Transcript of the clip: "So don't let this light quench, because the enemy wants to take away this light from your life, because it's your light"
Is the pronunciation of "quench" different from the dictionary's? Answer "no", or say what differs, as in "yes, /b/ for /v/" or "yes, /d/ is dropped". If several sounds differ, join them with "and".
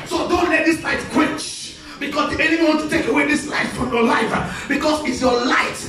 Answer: yes, /n/ is dropped